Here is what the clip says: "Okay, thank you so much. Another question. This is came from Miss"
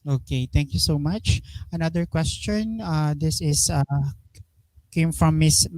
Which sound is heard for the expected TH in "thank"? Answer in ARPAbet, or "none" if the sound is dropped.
T